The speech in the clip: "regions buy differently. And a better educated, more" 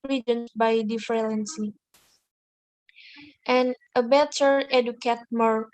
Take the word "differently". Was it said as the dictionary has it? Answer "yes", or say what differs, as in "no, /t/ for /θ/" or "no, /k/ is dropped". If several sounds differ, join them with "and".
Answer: no, /l/ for /ɹ/